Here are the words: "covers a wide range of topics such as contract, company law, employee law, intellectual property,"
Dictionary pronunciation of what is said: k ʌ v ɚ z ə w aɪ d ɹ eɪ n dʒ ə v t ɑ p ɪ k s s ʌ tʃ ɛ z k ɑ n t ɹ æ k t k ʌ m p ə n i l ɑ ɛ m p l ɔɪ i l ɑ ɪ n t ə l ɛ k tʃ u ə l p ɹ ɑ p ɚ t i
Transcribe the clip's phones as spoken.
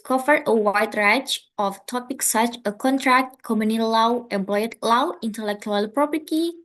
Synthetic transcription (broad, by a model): k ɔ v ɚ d ə w aɪ d ɹ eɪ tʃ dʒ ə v t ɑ p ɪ k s s ʌ tʃ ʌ k ɑ n t ɹ æ k t k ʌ m ə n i l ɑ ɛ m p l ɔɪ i l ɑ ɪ n t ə l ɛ k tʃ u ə l p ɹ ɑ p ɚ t i